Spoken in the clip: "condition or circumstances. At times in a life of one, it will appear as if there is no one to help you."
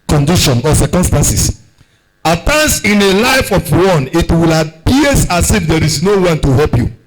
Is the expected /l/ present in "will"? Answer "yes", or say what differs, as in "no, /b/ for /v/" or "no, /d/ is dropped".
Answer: yes